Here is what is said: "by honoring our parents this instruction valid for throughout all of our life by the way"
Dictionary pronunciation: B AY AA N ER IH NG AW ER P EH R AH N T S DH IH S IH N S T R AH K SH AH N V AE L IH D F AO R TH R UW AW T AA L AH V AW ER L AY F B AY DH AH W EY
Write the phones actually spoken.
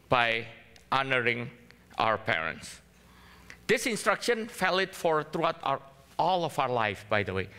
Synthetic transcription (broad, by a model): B AY AA N ER IH NG AW ER P EH R AH N T S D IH S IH N S T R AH K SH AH N F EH L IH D F AO R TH R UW AW T AA L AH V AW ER L AY F B AY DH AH W EY